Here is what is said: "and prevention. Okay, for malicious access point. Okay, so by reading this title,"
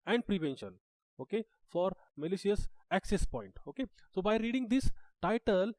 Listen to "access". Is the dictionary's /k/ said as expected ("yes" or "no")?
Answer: yes